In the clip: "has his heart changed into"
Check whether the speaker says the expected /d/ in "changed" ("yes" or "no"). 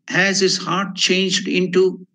yes